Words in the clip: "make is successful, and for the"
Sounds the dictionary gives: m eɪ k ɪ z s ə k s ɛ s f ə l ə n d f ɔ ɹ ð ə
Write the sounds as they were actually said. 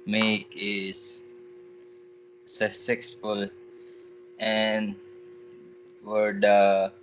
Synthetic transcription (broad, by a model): m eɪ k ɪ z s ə s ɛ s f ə l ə n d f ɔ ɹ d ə